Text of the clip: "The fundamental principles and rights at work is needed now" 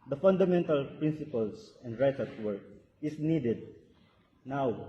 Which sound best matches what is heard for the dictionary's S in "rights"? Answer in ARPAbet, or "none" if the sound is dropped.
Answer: none